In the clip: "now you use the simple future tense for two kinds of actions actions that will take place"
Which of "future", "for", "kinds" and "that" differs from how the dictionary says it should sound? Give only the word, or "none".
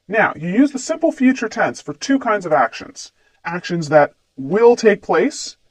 none